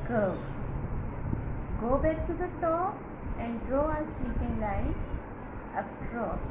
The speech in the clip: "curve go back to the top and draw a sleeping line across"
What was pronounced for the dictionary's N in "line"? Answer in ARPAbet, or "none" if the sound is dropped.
none